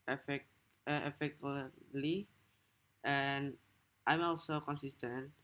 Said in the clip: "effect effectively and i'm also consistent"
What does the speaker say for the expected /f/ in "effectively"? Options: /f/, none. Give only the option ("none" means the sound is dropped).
none